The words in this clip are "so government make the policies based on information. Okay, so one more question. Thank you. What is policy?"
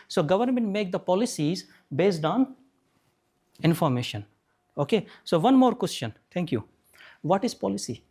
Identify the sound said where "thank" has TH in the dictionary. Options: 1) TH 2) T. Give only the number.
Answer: 2